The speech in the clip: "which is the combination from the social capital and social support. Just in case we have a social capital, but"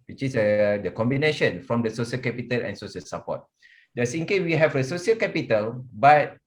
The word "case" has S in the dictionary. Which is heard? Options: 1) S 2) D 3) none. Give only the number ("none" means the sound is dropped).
3